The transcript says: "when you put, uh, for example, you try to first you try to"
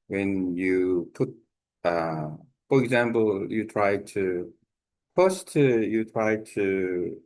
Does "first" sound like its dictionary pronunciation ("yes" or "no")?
no